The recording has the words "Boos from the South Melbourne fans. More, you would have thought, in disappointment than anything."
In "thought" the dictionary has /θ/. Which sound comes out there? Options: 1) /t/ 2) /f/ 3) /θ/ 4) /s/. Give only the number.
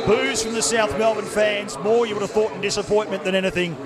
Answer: 3